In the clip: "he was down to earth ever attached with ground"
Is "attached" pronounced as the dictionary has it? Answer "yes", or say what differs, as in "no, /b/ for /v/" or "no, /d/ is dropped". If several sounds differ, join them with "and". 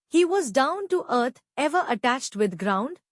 yes